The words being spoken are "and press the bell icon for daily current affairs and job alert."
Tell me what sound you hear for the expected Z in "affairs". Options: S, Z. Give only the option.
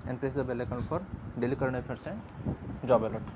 S